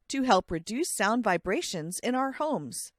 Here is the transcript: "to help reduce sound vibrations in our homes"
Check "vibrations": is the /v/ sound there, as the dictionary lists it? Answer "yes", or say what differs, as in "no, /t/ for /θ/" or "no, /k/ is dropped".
yes